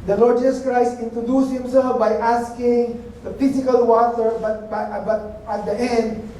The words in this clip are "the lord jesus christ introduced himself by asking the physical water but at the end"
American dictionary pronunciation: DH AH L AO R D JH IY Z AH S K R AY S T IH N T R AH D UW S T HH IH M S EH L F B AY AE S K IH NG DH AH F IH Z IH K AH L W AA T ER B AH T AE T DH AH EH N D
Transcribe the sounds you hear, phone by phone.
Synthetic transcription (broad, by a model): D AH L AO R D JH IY S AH S K R AY S T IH N T R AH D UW S HH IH M S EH L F B AY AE S K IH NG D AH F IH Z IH K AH L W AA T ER B AH T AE T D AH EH N D